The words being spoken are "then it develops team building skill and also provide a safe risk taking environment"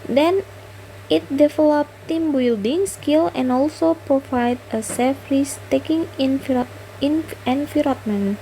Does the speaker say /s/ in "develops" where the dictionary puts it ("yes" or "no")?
no